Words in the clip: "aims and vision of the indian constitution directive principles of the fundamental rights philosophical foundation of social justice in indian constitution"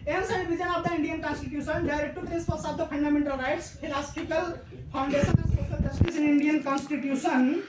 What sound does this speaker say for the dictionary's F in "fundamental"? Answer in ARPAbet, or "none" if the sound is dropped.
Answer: P